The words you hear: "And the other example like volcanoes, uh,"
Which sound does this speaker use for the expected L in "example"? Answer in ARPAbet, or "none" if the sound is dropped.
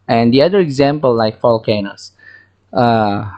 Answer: L